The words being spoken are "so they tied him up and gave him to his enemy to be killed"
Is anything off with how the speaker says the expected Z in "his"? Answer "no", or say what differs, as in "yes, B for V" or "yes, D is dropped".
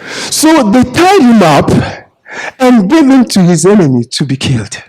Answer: no